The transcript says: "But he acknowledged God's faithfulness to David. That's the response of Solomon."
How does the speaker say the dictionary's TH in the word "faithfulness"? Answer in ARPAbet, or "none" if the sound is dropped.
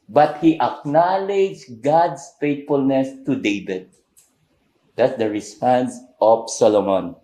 T